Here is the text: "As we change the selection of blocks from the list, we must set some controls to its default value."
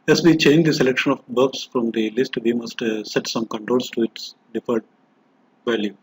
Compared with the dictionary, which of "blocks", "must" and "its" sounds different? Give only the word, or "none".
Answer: blocks